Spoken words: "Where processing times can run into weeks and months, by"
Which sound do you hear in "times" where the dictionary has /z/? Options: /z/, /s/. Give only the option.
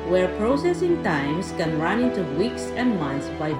/s/